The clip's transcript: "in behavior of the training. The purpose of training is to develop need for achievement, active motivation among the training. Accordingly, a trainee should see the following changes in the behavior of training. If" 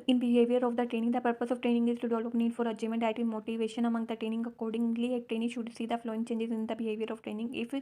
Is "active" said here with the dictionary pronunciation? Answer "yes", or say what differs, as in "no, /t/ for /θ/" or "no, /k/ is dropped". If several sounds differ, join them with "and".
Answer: no, /k/ is dropped